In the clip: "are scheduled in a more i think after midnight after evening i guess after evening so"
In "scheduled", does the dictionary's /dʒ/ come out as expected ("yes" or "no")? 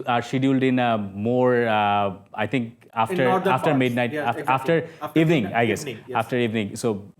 no